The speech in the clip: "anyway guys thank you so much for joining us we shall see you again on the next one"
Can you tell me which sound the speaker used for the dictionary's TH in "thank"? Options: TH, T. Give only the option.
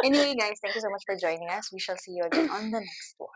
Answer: T